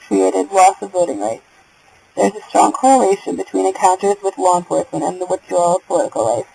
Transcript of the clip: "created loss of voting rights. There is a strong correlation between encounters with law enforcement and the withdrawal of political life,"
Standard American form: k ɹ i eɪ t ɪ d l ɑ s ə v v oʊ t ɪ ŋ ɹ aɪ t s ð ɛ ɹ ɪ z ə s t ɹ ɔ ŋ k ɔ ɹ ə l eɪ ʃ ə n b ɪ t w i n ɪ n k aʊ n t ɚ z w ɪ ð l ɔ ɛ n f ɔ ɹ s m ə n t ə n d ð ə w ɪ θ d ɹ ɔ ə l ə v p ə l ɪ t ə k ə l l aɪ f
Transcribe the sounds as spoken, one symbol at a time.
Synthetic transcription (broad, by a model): k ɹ i eɪ t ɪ d l ɑ s ə v b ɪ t ɪ ŋ ɹ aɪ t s ð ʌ ɹ ɪ z ə s t ɹ ɔ ŋ k ɔ ɹ ə l eɪ ʃ ə n b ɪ t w i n ɪ n k aʊ n t ɚ z w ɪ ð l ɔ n p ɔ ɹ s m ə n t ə n ð ə w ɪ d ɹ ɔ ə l ə v p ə l ɪ t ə k l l aɪ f